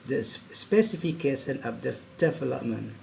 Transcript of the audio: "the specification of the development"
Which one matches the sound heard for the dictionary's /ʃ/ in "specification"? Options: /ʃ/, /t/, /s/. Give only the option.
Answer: /s/